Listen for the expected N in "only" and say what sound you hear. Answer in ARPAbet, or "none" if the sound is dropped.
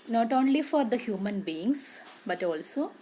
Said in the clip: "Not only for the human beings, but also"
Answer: N